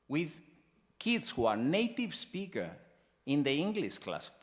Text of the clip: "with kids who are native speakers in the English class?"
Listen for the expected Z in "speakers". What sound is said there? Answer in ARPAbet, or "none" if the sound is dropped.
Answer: none